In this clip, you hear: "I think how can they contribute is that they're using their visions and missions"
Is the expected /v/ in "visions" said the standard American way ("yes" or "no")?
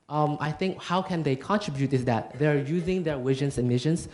no